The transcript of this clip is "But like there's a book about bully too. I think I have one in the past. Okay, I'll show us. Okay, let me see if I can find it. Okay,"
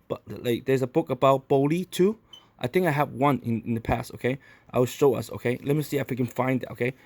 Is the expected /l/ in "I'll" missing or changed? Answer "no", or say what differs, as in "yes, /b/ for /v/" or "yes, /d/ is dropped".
yes, /w/ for /l/